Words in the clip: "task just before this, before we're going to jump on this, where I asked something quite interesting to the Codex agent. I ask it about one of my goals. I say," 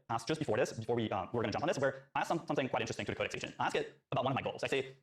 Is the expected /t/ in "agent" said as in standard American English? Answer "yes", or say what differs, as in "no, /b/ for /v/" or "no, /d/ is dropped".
no, /t/ is dropped